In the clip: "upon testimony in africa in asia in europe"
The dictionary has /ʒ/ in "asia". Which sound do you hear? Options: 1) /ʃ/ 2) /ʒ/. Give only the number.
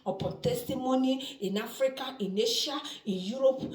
1